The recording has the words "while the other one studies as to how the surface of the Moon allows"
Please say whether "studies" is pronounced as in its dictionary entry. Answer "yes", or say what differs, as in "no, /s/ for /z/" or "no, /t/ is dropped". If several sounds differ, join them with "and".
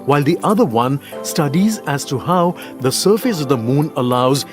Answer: yes